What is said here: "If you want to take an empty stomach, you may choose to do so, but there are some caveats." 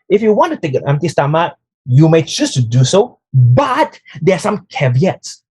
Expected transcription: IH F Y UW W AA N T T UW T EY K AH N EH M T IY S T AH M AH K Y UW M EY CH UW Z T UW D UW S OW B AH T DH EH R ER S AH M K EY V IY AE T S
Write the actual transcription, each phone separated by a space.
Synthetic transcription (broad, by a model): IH F Y UW W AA N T T UW T EY K AH N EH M T IY S T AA M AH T Y UW M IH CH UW S T UW D UW S OW B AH T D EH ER S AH M K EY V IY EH T S